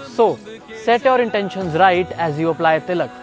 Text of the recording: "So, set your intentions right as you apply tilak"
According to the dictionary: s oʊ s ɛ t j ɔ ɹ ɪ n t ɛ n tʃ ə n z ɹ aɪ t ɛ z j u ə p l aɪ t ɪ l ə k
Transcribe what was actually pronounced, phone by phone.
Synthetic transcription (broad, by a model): s oʊ s ɛ t j ɔ ɹ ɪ n t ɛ n ʃ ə n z ɹ aɪ t ɛ z j u ə p l aɪ t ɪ l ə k